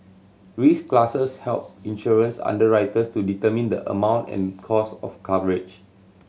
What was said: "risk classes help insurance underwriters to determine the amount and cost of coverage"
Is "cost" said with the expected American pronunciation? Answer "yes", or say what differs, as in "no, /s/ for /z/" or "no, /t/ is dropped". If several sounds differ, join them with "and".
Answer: no, /t/ is dropped